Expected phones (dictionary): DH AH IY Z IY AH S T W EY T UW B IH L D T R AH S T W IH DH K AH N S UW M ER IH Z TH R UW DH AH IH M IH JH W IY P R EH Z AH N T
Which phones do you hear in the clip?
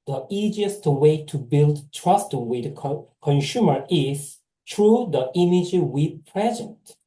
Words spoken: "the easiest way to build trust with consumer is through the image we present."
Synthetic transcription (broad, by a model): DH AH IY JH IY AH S T W EY T UW B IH L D T R AH S T W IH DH K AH N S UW M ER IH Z T R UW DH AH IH M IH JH W IY P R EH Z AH N T